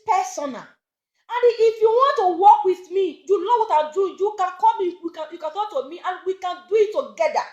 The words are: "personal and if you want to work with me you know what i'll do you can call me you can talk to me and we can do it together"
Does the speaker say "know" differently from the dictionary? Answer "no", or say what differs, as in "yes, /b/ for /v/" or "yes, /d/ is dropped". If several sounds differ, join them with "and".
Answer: yes, /l/ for /n/